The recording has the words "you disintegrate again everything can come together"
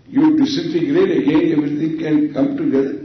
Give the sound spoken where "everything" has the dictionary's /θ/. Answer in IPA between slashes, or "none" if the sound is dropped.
/t/